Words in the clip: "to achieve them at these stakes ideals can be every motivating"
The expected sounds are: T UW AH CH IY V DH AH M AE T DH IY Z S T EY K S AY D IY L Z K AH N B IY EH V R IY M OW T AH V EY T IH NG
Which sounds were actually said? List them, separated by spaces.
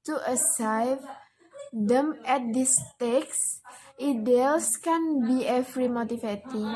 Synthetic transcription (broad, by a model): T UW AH S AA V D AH M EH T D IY S T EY K S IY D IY L S K AH N B IY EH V R IY M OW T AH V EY T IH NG